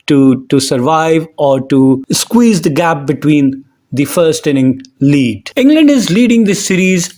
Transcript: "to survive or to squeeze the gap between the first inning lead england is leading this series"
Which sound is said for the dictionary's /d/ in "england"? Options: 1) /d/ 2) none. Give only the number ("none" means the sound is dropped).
1